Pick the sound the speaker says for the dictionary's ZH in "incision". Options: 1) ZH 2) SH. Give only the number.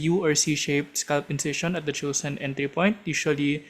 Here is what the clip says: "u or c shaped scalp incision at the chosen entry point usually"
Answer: 2